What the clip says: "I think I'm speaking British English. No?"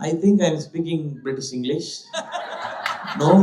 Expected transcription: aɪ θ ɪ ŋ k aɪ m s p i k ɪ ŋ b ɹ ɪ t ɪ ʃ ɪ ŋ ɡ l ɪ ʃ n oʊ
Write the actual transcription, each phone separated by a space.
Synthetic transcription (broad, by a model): aɪ t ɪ ŋ k aɪ m s p i k ɪ ŋ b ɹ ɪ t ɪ s ɪ ŋ ɡ l ɪ ʃ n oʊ